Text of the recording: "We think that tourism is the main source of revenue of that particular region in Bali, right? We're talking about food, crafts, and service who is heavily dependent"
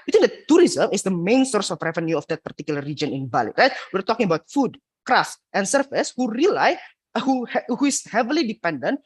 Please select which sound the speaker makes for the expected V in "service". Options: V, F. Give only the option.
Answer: F